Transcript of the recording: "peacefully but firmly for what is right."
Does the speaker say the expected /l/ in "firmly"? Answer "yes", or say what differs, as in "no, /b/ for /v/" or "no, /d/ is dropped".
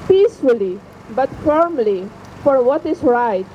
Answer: yes